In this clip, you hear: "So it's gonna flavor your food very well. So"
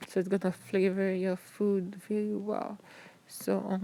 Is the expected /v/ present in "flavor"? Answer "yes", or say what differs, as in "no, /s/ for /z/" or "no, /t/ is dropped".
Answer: yes